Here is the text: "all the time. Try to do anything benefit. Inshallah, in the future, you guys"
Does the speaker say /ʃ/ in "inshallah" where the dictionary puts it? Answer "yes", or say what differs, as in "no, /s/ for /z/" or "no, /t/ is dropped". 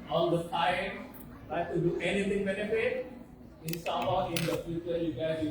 no, /s/ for /ʃ/